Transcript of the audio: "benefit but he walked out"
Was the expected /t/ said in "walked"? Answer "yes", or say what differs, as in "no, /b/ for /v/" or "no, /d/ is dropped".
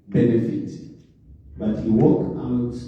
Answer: no, /t/ is dropped